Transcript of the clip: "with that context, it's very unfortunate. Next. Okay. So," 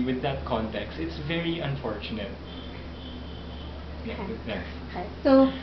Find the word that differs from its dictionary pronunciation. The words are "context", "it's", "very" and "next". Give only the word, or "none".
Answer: next